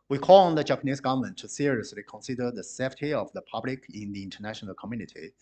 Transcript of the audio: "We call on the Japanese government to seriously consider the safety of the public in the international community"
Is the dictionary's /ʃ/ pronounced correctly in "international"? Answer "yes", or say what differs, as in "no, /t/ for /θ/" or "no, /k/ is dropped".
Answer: yes